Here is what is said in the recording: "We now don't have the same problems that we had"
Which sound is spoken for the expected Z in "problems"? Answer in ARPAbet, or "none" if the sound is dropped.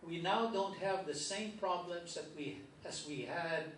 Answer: Z